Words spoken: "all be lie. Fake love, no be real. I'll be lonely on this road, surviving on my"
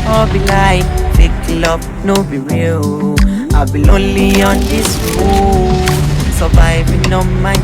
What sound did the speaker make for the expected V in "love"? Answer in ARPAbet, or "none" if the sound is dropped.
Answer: B